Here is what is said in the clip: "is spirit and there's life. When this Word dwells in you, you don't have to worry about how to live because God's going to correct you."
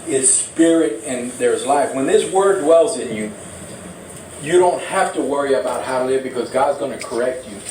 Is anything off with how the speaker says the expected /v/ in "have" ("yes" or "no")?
yes